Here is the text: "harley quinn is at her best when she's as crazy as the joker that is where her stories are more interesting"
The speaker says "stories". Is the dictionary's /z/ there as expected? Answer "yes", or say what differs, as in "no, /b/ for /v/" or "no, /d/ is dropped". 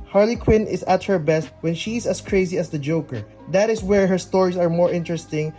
no, /s/ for /z/